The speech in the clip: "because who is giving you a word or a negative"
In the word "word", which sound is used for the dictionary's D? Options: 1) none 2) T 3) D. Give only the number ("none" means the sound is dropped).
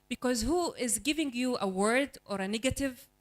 3